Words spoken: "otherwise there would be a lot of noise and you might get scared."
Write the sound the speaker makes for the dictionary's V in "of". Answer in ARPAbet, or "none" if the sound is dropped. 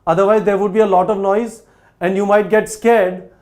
V